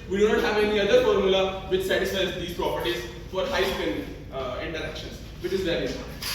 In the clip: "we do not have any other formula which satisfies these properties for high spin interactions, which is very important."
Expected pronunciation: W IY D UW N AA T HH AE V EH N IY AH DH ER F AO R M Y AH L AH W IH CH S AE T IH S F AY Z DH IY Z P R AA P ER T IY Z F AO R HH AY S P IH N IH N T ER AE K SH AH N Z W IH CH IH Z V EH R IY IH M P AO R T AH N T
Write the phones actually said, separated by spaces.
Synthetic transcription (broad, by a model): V IY D UW N AA T HH AE V EH N IY AH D ER F AO R M Y AH L AH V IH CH S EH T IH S AY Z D IY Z P R AA P ER T IY Z F AO R HH AY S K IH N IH N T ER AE K SH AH N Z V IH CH IH Z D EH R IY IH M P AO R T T